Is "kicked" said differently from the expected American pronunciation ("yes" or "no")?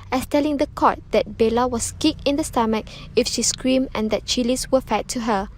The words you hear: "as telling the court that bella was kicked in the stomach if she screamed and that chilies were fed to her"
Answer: yes